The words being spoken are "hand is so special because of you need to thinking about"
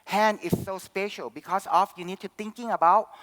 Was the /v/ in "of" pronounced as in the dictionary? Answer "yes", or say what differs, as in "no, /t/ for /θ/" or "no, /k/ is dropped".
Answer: no, /f/ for /v/